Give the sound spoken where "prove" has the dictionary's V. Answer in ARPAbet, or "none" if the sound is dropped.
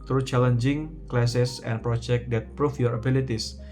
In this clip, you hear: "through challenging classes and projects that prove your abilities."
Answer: F